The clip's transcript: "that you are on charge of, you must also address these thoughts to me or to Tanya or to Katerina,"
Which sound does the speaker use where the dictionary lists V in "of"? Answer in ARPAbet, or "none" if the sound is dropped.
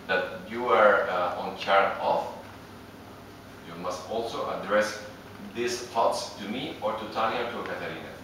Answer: F